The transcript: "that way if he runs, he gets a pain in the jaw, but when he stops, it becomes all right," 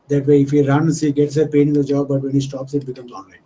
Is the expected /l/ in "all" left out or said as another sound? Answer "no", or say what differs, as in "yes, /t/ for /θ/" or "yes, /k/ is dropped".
yes, /n/ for /l/